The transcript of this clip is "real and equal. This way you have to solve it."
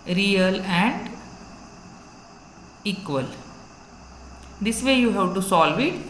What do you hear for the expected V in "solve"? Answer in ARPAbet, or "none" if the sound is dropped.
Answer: V